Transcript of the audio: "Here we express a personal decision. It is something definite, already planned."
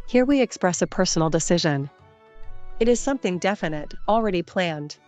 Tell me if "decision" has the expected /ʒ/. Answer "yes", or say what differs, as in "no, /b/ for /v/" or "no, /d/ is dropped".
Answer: yes